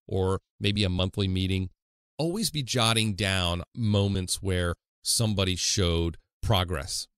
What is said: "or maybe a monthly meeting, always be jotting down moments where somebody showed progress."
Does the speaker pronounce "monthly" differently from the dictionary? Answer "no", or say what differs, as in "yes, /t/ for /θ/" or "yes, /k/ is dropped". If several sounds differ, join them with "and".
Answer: no